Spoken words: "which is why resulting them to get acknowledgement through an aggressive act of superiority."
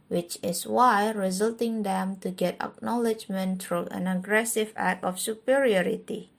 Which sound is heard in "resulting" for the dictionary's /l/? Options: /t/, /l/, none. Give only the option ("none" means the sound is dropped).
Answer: /l/